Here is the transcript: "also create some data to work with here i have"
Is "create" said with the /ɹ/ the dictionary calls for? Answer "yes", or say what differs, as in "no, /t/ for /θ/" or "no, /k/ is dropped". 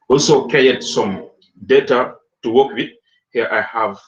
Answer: no, /ɹ/ is dropped